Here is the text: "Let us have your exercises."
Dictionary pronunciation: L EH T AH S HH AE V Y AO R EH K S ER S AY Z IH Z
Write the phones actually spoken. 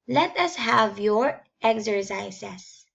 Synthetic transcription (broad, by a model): L EH T AH S HH AE V Y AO R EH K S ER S AY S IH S